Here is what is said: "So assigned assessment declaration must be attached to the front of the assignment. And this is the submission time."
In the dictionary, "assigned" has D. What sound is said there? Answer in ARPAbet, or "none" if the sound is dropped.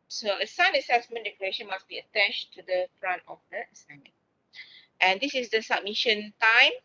none